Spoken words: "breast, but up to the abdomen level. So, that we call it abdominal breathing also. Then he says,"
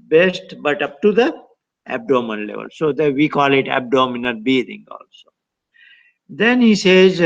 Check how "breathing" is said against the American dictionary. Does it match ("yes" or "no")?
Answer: no